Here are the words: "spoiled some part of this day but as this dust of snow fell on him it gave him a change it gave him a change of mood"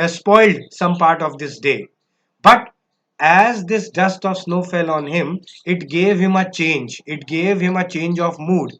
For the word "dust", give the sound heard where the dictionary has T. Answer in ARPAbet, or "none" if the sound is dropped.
T